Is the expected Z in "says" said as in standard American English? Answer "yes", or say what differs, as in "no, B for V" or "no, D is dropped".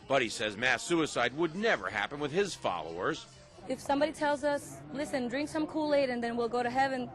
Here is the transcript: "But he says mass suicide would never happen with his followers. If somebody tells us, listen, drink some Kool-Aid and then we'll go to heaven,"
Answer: yes